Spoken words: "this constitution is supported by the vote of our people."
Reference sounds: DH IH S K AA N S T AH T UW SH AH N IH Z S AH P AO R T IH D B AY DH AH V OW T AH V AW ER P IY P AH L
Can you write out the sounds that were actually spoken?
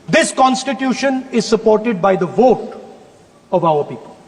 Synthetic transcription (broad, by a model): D IH S K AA N S T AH T UW SH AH N IH Z S AH P AO R T IH D B AY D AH V OW T AH V AW ER P IY P AH L